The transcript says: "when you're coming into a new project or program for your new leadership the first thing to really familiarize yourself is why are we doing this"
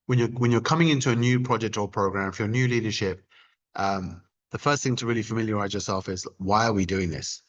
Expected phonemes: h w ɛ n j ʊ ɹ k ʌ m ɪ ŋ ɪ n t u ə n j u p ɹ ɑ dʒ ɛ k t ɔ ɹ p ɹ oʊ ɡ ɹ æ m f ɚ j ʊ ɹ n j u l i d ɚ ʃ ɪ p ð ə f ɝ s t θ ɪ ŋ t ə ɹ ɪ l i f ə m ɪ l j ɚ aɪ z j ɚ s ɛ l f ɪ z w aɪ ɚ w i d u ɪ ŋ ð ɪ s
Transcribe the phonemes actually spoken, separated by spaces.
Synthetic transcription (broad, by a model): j w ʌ n j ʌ ɹ k ʌ m ɪ ŋ ɪ n t u ə n j u p ɹ ɑ dʒ ɛ k t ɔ l p ɹ oʊ ɡ ɹ æ m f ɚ j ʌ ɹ n j u l i d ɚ ʃ ɪ p ð ə f ɝ s t θ ɪ ŋ t ə ɹ ɪ l i f ə m ɪ l j ɚ aɪ z j ɚ s ɛ l f ɪ z w aɪ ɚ w i d u ɪ ŋ ð ɪ s